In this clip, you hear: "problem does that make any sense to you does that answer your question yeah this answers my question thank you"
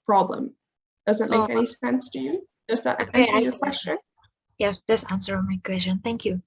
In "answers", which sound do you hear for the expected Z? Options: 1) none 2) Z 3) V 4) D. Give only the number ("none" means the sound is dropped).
1